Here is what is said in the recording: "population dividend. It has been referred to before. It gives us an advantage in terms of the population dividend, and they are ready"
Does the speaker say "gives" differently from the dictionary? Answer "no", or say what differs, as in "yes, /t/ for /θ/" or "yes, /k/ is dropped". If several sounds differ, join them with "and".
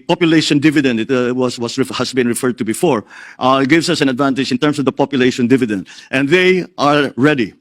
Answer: yes, /s/ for /z/